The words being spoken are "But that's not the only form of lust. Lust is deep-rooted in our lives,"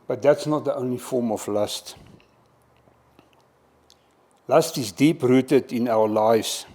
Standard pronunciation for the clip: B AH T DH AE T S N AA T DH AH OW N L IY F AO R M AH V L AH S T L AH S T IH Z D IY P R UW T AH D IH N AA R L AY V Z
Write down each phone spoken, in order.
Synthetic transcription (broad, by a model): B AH T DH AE T S N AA T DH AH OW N IY F AO R M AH F L AH S T L AH S T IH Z D IY P R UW T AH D IH N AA L L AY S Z